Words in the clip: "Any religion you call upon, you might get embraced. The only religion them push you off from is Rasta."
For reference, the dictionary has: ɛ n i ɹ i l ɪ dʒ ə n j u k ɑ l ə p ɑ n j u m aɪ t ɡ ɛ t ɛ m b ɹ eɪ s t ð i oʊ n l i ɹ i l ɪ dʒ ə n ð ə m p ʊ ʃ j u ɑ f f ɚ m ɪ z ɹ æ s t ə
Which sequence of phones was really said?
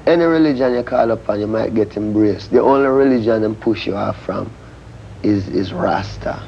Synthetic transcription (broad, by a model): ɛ n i ɹ i l ɪ dʒ ə n j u k ɑ l ə p ɑ n j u m aɪ t ɡ ɛ t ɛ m b ɹ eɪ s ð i oʊ n l i ɹ i l ɪ dʒ ə n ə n p ʊ ʃ j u ɑ f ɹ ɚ m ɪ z ɹ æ s t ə